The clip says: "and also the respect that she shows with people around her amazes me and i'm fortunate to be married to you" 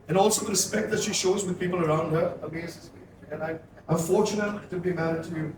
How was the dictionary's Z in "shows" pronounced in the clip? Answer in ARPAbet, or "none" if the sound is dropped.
Z